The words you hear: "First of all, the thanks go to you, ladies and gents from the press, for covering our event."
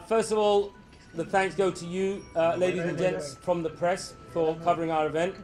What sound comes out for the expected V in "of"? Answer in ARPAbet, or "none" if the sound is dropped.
V